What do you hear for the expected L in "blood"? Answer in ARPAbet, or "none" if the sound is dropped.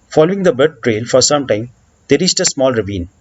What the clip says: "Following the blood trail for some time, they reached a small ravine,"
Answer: none